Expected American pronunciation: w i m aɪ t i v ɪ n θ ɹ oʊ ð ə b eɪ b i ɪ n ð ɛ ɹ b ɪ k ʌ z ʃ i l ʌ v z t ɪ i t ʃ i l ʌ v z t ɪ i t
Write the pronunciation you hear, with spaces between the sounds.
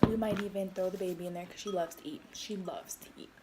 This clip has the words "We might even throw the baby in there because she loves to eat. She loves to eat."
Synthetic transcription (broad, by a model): w i m aɪ t i v ɪ n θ oʊ ð ə b eɪ b i ɪ n ð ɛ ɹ k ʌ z ʃ i l ʌ v z t ɪ i t ʃ i l ʌ v z t ɪ i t